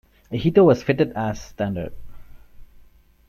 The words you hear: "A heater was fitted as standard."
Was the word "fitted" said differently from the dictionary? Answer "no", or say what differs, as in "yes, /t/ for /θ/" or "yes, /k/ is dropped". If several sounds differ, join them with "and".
no